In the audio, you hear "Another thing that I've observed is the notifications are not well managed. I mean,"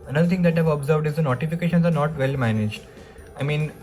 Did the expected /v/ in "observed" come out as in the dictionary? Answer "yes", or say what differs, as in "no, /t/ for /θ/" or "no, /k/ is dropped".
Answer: yes